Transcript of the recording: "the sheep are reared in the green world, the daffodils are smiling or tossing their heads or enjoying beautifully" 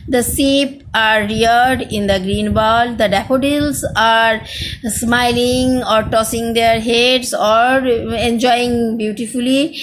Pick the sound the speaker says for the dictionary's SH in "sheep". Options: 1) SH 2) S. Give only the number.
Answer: 2